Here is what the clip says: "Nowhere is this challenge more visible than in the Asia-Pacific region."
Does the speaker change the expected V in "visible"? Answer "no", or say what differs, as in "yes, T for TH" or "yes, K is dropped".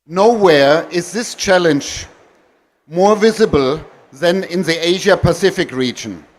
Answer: no